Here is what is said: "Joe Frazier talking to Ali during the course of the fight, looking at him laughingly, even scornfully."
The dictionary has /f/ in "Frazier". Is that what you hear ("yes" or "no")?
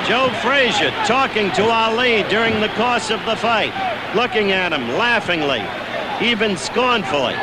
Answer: yes